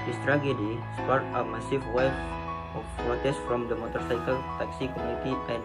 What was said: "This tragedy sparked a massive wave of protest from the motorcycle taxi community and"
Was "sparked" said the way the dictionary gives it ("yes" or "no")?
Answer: no